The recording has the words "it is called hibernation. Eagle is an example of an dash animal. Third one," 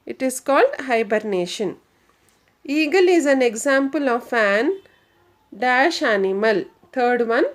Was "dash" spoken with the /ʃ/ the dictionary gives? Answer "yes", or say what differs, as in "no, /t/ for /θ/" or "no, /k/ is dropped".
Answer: yes